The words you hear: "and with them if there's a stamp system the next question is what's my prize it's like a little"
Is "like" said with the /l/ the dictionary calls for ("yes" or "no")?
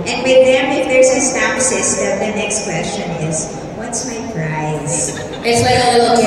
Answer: no